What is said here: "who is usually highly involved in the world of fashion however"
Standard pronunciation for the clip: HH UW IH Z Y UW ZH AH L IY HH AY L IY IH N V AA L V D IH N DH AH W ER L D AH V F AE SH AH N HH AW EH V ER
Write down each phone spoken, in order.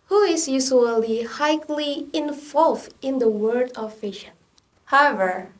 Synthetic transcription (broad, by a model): HH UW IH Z Y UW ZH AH L IY HH AY L IY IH N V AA L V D IH N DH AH W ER D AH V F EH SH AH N HH AW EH V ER